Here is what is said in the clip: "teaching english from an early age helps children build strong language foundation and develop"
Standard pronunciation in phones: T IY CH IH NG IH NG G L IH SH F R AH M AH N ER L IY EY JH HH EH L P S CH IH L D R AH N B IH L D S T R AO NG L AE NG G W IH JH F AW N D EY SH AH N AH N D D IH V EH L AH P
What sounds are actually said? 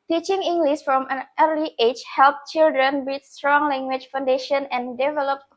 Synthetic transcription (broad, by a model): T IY CH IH NG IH NG G L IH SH F R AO M AH N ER L IY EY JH HH EH L P CH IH L D R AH N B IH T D S T R AO NG L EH NG G W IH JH F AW N D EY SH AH N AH N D D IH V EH L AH P